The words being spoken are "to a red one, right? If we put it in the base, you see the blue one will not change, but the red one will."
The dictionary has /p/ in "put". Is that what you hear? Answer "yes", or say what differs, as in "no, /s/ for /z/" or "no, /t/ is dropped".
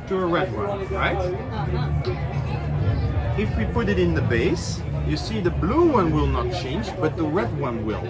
yes